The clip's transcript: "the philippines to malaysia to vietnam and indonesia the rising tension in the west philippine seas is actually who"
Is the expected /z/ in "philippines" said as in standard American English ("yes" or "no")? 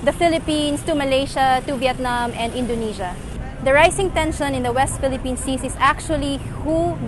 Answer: no